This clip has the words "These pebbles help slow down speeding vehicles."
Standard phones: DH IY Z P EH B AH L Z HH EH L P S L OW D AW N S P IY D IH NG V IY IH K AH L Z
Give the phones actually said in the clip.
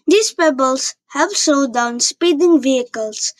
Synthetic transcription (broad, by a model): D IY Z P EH B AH L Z HH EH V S OW D AW N S P IY D IH NG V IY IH K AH L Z